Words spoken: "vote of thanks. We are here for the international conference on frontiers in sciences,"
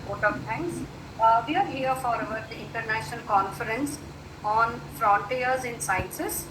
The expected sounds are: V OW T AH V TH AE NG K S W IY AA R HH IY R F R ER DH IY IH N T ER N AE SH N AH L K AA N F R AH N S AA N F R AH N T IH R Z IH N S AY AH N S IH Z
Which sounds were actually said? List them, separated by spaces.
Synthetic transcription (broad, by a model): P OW T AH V T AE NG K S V IY AA R HH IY R F R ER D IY IH N T ER N AE SH N AH L K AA N F R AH N S AA N F R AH N T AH R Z IH N S AY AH N S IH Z